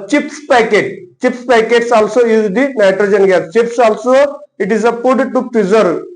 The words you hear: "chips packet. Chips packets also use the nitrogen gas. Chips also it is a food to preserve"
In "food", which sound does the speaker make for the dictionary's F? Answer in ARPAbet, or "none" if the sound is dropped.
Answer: P